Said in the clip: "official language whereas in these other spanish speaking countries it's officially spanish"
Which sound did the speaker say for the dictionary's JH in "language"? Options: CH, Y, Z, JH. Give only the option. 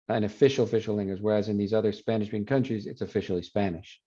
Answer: Z